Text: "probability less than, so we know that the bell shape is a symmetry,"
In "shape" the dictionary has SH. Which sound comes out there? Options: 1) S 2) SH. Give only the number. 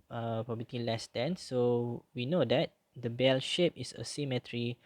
2